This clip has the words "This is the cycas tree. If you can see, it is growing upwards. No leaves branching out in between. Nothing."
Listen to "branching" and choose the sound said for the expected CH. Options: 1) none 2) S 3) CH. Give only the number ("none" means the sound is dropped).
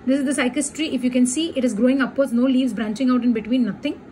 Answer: 3